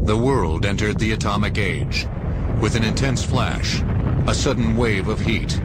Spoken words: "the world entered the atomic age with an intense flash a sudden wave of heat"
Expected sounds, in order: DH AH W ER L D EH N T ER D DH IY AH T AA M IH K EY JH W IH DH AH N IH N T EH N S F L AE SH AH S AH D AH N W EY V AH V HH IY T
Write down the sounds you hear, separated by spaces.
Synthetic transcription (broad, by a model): DH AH W ER L D EH N T ER D DH IY AH T AA M IH K EY JH W IH DH AH N IH N T EH N S F L AE SH AH S AH D N W EY V AH V HH IY T